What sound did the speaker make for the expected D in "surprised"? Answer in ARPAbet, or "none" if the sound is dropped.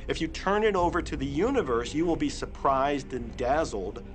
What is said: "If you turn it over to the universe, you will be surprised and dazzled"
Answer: D